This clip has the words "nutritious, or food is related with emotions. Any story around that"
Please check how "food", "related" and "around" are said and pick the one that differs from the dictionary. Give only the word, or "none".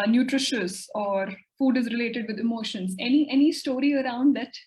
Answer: none